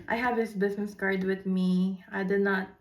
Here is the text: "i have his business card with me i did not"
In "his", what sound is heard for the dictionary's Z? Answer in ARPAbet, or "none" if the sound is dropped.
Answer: S